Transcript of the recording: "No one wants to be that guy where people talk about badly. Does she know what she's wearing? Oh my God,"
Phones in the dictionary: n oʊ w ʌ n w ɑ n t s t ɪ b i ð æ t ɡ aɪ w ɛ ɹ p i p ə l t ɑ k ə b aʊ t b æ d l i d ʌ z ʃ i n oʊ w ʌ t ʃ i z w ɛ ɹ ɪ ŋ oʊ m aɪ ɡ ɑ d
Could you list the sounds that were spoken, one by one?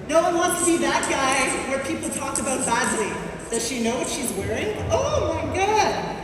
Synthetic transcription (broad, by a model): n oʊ w ʌ n w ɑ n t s t ɪ b i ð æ t ɡ aɪ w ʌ ɹ p i p l t ɑ k ə b aʊ t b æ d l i d ʌ z ʃ i n oʊ w ʌ t ʃ i z w ɛ ɹ ɪ ŋ oʊ m aɪ ɡ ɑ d